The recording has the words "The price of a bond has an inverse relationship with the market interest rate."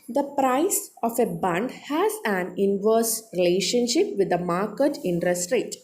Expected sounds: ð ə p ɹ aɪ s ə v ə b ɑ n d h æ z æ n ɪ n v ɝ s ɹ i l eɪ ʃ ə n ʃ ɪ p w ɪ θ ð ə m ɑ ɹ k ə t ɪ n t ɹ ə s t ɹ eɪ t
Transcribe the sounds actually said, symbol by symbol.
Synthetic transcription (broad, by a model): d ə p ɹ aɪ s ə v ə b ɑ n d h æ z æ n ɪ n v ɝ s ɹ i l eɪ ʃ ə n ʃ ɪ p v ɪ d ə m ɑ ɹ k ə t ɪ n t ɹ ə s t ɹ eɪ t